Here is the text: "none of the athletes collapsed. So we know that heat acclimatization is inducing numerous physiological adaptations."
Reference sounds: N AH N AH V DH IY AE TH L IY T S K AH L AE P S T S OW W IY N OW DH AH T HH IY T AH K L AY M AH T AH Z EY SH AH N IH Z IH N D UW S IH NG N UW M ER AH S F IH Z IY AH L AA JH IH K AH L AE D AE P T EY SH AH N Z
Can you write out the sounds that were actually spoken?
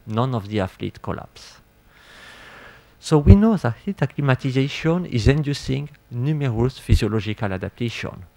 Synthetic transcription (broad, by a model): N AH N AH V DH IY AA F L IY T K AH L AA P S S OW W IY N OW DH AH T HH IY T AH K L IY M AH T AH Z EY SH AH N IH Z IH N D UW S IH NG N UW M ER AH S F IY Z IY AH L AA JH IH K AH L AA D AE P T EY SH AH N